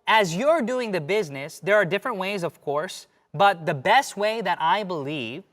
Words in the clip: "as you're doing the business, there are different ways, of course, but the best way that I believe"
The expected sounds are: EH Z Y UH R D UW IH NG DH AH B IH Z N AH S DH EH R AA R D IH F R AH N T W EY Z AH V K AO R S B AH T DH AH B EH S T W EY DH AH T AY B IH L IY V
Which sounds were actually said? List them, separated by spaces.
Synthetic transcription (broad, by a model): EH Z Y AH R D UW IH NG DH AH B IH Z N AH S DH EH R AA R D IH F R AH N T W EY Z AH V K AO R S B AH T DH AH B EH S T W EY DH AH T AY B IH L IY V